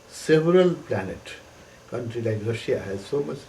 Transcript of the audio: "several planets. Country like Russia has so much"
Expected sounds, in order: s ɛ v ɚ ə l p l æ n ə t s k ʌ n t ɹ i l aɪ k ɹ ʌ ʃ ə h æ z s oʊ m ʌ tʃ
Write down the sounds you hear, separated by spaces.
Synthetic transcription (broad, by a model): s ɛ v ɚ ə l p l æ n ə t k ʌ n t ɹ i l aɪ k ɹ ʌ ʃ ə h æ z s oʊ m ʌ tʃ